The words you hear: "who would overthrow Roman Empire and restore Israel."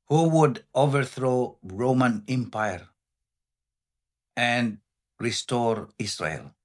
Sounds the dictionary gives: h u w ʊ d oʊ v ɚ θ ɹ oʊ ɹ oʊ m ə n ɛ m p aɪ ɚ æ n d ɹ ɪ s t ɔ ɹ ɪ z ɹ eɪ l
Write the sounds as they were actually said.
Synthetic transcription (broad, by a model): h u w ʊ d oʊ v ɚ θ ɹ oʊ ɹ oʊ m ə n ɛ m p aɪ ɚ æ n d ɹ ɪ s t ɔ ɹ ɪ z ɹ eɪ l